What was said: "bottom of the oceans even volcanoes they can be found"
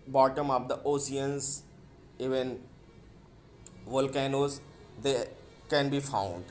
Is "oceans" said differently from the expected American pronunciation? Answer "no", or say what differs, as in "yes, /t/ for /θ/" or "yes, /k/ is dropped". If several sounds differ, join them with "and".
yes, /s/ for /ʃ/